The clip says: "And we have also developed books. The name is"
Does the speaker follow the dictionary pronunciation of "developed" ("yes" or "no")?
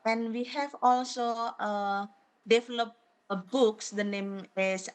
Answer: no